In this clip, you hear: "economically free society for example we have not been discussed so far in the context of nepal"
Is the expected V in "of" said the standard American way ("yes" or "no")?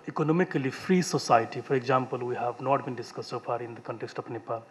no